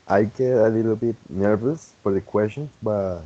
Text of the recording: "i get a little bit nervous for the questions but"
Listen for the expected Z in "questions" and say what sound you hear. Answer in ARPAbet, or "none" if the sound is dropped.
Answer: none